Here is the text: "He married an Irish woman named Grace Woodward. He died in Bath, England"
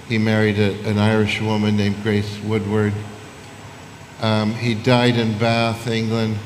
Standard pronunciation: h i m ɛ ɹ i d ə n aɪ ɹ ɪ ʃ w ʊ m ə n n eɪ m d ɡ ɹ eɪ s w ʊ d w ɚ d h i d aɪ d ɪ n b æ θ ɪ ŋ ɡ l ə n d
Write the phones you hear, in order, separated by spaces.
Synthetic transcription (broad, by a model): h i m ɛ ɹ i d ə n aɪ ɹ ɪ ʃ w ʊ m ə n n eɪ m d ɡ ɹ eɪ s w ʊ d w ɚ d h i d aɪ d ɪ n b æ θ ɪ ŋ ɡ l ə n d